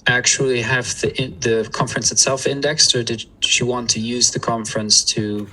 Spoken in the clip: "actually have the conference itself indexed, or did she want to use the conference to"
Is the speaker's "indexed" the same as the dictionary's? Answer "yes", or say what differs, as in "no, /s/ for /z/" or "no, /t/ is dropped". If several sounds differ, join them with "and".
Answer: yes